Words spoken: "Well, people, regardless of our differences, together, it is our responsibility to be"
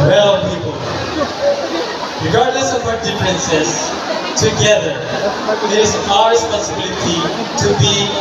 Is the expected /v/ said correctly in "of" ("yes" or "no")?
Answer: no